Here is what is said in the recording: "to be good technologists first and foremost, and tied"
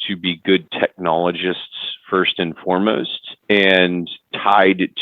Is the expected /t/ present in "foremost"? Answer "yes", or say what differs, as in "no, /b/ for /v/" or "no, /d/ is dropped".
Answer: yes